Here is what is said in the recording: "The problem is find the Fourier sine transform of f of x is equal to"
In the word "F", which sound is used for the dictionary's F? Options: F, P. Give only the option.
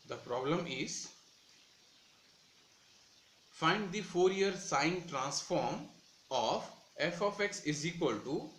F